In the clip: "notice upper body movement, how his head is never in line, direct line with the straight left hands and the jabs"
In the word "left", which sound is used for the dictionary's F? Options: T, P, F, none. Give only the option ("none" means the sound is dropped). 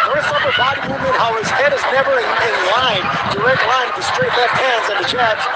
none